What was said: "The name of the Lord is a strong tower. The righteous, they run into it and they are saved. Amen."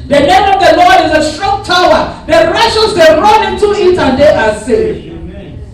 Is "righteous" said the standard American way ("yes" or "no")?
no